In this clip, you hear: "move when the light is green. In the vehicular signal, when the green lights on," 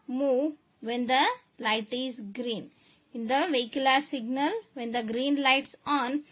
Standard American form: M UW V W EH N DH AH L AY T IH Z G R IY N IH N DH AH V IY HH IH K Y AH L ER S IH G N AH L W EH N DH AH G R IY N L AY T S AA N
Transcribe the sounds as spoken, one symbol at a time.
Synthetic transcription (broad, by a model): M UW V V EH N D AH L AY T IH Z G R IY N IH N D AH V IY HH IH K Y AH L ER S IH G N AH L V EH N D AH G R IY N L AY T S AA N